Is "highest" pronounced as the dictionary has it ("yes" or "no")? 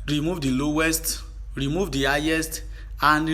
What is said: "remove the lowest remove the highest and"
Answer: yes